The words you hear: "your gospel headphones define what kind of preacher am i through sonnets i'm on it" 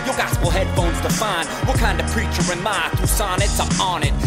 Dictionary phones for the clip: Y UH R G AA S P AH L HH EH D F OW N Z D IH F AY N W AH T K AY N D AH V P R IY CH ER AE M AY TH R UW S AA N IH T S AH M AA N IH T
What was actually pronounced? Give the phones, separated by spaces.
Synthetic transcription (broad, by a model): Y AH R G AA S P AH L HH EH D F OW N Z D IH F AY N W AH K AY N D AH V P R IY CH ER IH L AY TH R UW S AA N IH T S AH M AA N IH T